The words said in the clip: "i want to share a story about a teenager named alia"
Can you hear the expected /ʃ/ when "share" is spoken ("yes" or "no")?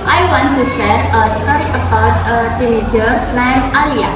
no